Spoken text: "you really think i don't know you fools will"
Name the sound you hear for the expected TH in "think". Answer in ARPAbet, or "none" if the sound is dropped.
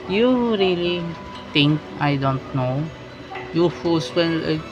T